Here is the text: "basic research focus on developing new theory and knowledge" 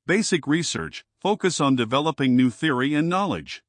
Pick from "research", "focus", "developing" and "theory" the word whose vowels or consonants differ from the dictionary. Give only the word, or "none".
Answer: none